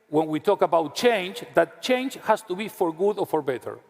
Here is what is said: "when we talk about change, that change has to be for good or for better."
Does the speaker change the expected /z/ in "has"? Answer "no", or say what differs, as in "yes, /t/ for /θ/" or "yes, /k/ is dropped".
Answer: yes, /s/ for /z/